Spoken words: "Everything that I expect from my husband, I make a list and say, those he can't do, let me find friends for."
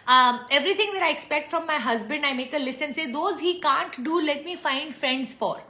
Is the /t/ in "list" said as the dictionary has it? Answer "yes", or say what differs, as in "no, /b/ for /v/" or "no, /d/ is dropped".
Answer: no, /t/ is dropped